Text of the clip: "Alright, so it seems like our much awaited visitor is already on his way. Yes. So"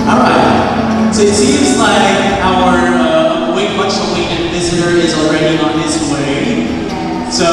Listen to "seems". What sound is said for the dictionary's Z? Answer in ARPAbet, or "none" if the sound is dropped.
Z